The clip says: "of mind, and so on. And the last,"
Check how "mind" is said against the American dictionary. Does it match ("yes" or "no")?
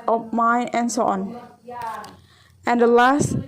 no